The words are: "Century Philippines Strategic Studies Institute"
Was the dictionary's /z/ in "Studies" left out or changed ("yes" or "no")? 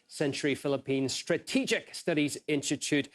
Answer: no